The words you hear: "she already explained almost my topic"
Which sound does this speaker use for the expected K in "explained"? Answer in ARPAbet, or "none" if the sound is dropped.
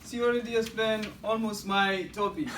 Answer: none